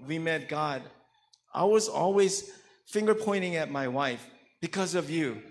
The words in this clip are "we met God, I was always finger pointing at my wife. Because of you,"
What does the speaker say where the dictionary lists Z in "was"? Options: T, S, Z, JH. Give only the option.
Z